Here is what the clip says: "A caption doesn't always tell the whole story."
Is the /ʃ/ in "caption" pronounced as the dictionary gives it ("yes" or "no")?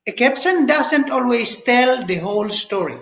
no